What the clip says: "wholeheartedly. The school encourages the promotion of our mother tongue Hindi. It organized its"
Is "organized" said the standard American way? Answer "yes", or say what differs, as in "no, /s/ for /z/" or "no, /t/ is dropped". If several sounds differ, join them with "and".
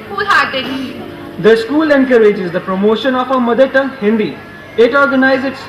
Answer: no, /d/ is dropped